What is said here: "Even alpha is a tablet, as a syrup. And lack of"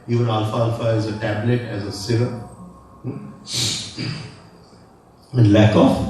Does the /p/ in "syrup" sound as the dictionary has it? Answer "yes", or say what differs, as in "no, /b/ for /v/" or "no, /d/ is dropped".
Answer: no, /p/ is dropped